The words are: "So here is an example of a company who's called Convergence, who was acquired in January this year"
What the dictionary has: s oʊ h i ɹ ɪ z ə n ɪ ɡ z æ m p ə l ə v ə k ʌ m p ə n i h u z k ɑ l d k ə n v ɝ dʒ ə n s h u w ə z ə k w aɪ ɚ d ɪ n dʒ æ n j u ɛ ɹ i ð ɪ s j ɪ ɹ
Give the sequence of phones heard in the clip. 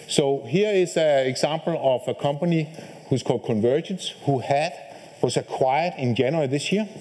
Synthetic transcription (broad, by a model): s oʊ h i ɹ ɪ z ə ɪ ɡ s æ m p l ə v ə k ʌ m p ə n i h u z k ɑ l d k ə n v ɝ dʒ ə n s h u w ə s ə k w aɪ ɚ d ɪ n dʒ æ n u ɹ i ð ɪ s j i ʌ